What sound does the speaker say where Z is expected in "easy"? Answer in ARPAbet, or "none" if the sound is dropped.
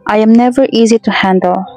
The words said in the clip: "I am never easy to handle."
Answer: Z